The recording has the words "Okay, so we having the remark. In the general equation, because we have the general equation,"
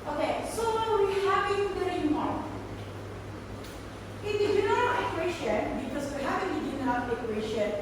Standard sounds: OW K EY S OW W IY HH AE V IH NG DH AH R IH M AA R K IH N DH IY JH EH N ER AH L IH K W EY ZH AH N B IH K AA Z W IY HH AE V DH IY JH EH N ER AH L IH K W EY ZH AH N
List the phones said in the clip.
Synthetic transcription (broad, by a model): OW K EY S OW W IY HH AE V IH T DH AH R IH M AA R IH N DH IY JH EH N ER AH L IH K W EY SH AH N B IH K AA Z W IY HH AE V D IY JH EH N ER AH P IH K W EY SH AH N